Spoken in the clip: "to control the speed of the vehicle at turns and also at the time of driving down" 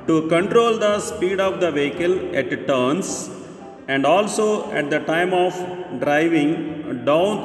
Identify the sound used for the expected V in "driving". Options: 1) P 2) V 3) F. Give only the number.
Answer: 2